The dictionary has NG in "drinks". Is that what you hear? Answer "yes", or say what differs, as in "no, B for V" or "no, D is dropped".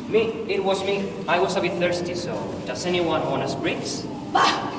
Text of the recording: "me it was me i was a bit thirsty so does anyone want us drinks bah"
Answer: no, NG is dropped